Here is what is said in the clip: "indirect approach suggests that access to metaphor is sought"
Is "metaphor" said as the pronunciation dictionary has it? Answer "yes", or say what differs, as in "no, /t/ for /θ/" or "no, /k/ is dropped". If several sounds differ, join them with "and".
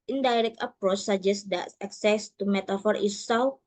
yes